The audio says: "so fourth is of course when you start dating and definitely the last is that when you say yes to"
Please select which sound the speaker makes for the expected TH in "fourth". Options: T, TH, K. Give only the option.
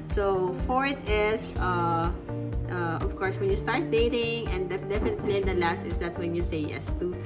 T